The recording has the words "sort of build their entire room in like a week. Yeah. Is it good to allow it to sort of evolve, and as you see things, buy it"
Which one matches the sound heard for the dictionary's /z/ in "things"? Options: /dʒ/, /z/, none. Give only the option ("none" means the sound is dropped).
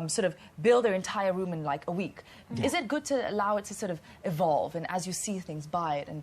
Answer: /z/